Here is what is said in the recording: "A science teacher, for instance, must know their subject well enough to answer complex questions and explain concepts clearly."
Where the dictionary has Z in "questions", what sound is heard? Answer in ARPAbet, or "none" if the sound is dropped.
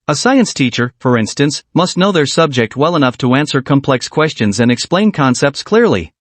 Z